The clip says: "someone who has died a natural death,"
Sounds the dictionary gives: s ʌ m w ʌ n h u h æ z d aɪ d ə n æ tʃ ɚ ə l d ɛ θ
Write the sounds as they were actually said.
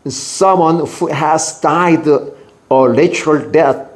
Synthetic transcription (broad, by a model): s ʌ m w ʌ n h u h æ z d aɪ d ə l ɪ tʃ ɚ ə l d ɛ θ